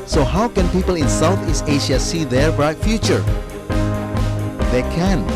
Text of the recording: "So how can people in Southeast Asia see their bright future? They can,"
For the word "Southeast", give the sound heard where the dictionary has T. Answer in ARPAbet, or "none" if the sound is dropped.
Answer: none